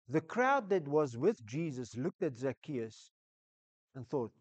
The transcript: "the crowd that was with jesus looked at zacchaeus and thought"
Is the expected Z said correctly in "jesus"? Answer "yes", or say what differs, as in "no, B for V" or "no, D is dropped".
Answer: yes